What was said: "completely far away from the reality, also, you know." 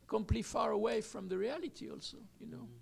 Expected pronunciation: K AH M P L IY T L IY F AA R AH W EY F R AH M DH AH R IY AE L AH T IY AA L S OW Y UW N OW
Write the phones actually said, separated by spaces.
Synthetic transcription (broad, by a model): K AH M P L L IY F AA R AH W EY F R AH M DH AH R IY AE L AH T IY AA L S OW Y UW N OW